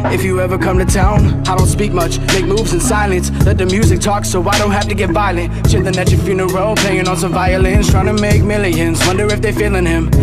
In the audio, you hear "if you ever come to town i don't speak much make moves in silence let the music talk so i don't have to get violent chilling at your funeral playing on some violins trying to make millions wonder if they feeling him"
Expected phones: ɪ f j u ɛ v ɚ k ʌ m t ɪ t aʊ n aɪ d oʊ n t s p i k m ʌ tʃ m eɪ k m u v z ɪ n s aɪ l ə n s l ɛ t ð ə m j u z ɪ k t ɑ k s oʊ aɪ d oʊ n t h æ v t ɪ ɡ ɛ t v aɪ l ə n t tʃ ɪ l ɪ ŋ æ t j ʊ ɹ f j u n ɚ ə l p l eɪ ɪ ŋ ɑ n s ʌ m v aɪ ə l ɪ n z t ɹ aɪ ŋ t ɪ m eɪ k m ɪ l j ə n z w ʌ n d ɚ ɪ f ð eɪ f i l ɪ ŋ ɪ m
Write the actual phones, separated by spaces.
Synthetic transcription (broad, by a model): ɪ f j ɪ ɛ v ɚ k ʌ m t ɪ t aʊ n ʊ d oʊ n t s p i k m ʌ tʃ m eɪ k m u v z ɪ n s aɪ l ə n s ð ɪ t ð ə m j u z ɪ k t ɑ k s oʊ aɪ d oʊ n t h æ f t ɪ ɡ ɛ t v aɪ l ə n t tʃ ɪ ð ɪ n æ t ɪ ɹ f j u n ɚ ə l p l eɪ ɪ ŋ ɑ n s ʌ m v aɪ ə l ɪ n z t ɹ aɪ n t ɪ m eɪ k m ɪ l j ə n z w ʌ n d ɚ ɪ f ð eɪ f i l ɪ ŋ ɪ m